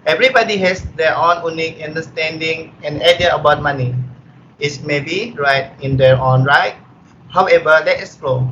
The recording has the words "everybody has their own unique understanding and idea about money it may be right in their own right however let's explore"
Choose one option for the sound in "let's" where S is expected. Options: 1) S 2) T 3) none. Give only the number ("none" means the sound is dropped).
3